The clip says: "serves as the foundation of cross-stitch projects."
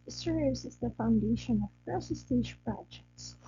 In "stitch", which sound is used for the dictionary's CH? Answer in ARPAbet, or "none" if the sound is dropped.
SH